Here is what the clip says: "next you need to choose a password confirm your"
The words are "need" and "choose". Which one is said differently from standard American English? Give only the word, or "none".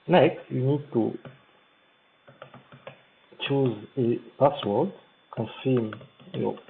none